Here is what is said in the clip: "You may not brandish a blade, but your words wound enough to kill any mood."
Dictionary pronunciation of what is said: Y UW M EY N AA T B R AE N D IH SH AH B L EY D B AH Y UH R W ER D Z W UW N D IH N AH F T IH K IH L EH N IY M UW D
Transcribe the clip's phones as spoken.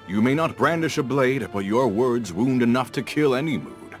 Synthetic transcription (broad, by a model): Y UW M EY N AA T B R AE N D IH SH AH B L EY D B AH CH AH R W ER D Z W UW N D IH N AH F T IH K IH L EH N IY M UW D